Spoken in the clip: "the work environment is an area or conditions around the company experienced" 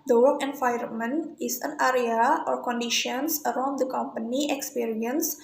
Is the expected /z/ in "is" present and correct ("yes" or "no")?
no